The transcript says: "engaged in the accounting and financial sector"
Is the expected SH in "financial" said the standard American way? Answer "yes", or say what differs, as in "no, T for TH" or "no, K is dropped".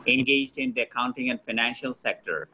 yes